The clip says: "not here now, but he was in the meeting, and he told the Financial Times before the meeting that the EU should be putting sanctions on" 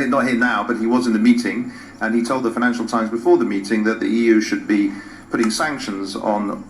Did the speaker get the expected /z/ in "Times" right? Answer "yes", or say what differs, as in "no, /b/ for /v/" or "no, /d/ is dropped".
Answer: yes